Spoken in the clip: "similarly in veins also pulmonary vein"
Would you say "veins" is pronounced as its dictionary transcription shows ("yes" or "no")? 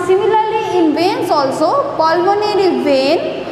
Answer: no